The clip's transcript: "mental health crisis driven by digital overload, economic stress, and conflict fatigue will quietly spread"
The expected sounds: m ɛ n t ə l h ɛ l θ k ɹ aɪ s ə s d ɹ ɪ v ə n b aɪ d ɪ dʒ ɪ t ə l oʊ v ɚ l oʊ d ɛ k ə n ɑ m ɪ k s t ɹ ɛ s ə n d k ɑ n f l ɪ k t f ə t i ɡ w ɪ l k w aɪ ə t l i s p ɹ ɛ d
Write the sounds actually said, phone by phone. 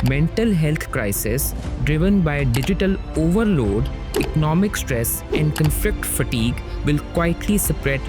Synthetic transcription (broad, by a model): m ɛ n t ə l h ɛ l t k ɹ aɪ s ə s d ɹ ɪ v ə n b aɪ d ɪ dʒ ɪ t ə l oʊ v ɚ l oʊ d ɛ k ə n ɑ m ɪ k s t ɹ ɛ s ə n d k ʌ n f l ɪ k t f ə t i ɡ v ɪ l k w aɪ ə t l i s p ɹ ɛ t